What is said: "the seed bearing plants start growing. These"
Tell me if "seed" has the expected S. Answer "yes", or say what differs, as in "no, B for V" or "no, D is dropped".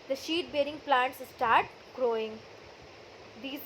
no, SH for S